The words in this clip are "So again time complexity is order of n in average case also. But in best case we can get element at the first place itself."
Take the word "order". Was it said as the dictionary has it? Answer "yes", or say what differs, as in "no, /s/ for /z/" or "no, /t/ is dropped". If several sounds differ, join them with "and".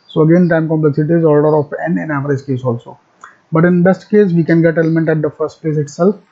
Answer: no, /l/ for /ɹ/